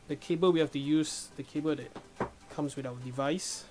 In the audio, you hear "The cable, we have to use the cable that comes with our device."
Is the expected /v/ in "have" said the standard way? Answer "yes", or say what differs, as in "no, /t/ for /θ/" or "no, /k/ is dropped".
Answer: no, /f/ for /v/